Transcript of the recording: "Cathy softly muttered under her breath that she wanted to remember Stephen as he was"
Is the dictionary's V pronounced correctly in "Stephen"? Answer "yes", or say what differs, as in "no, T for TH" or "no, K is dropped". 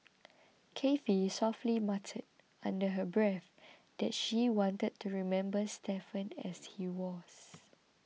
no, F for V